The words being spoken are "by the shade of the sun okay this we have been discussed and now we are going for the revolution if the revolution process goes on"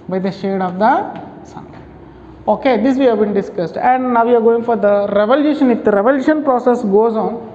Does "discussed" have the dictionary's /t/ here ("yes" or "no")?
yes